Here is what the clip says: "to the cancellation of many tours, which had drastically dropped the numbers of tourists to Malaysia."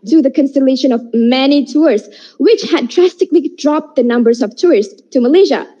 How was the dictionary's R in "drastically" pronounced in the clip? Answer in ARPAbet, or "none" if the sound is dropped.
R